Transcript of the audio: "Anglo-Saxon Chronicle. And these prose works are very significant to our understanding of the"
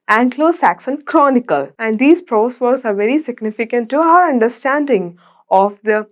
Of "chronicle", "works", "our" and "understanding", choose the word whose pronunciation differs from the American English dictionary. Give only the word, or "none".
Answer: works